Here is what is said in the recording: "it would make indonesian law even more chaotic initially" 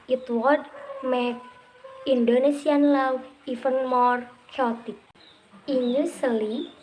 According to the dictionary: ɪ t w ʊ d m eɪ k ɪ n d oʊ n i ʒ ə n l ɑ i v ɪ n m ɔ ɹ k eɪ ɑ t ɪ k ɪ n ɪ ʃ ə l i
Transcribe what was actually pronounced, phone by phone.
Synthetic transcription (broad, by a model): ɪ t w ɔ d m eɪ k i n d oʊ n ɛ s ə n l ɑ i f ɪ n m ɔ ɹ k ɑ t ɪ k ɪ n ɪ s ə l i